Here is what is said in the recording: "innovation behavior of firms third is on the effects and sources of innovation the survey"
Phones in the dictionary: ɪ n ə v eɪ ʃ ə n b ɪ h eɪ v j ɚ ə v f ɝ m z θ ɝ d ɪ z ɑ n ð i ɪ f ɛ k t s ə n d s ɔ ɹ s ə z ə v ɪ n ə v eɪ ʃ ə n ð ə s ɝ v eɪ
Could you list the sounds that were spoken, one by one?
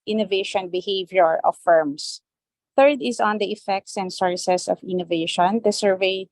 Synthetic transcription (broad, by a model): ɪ n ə v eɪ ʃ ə n b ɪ h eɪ v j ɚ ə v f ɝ m s θ ɝ d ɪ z ɑ n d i ɪ f ɛ k t s ə n d s ɔ ɹ s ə s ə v ɪ n ə v eɪ ʃ ə n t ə s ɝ v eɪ